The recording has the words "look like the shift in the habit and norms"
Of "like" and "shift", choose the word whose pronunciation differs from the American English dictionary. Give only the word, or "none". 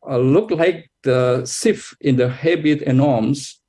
shift